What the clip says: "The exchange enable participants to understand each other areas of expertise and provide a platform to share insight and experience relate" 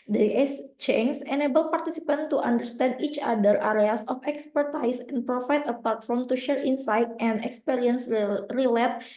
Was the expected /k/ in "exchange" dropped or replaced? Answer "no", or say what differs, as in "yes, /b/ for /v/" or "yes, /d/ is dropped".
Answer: yes, /k/ is dropped